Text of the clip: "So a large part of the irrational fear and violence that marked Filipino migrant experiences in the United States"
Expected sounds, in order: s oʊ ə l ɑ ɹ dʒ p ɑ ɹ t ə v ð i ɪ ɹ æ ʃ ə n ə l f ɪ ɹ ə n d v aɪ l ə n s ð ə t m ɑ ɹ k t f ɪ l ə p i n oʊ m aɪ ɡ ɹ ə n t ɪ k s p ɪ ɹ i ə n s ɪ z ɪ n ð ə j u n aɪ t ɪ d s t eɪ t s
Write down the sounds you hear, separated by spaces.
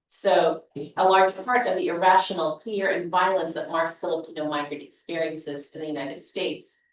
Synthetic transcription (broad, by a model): s oʊ ə l ɑ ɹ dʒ p ɑ ɹ t ə v ð i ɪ ɹ æ ʃ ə n l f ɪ ɹ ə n v aɪ l ə n s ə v m ɑ ɹ t f ɪ l ə p i n oʊ m aɪ ɡ ɹ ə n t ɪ k s p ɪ ɹ i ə n s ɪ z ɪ ð ə j u n aɪ t ɪ d s t eɪ t s